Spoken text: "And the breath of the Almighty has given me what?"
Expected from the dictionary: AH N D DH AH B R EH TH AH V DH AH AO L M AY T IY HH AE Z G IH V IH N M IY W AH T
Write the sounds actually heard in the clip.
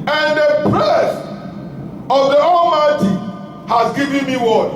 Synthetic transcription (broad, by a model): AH N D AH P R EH S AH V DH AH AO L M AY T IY HH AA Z G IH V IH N M IY W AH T